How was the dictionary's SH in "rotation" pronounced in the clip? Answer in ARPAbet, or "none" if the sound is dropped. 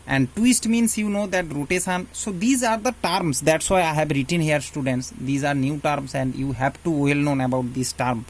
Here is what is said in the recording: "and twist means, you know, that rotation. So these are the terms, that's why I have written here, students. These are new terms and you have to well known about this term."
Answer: S